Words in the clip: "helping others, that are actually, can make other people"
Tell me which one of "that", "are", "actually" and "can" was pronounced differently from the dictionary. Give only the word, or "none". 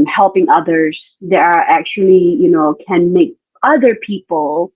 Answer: actually